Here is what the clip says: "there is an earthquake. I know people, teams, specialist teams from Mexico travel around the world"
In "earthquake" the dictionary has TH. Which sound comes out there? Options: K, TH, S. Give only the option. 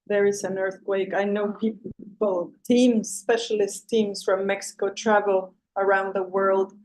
TH